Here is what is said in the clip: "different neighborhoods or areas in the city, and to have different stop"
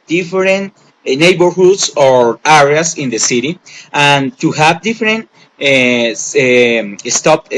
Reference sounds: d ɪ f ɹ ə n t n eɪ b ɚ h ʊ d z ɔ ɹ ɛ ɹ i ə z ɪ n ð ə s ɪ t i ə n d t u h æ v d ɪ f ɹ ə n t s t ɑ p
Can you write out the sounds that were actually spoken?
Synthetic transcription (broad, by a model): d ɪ f ɹ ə n t n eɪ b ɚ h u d s ɔ ɹ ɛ ɹ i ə s ɪ n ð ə s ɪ t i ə n t u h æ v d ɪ f ɹ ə n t s t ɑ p